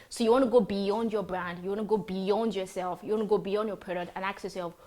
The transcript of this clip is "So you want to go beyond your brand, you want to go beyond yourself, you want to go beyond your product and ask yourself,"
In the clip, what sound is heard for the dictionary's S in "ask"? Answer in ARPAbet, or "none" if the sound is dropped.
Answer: none